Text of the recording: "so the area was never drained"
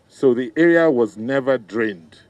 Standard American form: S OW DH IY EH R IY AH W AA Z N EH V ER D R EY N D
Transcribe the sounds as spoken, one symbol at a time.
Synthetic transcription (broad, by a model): S OW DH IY EH R IY AH W AA Z N EH V ER D R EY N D